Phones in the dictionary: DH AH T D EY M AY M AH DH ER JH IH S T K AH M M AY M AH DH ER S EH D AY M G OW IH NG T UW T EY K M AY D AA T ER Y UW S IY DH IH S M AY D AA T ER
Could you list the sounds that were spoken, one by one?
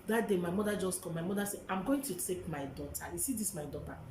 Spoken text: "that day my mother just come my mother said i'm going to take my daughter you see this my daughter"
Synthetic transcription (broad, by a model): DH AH T D EY M AY M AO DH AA JH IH S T K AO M M AY M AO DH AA S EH AY M G OW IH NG T UW T EY K M AY D AA T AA Y UW S IY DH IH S M AY D AA T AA